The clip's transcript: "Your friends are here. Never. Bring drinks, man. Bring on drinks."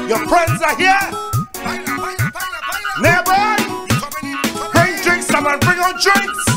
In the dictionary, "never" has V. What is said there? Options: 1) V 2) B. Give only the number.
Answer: 2